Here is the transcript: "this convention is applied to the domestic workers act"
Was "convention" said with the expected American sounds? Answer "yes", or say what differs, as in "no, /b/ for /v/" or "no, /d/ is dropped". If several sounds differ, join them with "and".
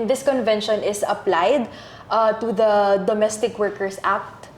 yes